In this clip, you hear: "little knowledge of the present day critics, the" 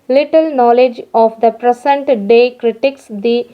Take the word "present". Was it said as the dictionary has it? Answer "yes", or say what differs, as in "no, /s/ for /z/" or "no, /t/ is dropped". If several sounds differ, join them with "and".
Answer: no, /s/ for /z/